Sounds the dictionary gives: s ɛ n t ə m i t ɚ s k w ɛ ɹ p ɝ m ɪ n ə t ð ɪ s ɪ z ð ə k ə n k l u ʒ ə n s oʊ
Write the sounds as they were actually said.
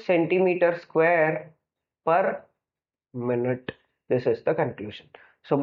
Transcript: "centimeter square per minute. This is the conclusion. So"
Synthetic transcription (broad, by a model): s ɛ n t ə m i t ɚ s k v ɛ ɹ p ɝ m ɪ n ə t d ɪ s ɪ z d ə k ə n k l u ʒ ə n s oʊ